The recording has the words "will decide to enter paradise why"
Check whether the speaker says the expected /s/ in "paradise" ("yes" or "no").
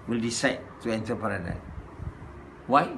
no